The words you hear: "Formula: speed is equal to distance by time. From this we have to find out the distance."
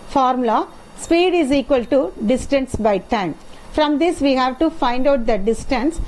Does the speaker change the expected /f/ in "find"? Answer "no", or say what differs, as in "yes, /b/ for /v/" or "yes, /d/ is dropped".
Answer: no